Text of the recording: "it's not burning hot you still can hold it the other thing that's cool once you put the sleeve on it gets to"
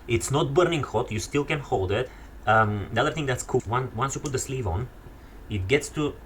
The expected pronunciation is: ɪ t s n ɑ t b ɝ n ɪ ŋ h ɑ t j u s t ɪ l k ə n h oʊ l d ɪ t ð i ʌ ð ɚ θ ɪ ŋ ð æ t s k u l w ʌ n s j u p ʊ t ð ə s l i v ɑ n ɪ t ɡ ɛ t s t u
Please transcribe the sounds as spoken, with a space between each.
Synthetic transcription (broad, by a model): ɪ t s n ɑ t b ɝ n ɪ ŋ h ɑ t j u s t ɪ l k ə n h oʊ l d ɪ t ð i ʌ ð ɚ θ ɪ ŋ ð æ t s k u n w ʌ n s j u p ʊ t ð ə s l i v ɑ n ɪ t ɡ ɛ t s t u